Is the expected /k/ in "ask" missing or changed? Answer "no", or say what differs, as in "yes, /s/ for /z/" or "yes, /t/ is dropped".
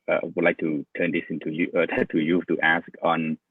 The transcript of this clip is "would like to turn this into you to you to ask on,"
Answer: no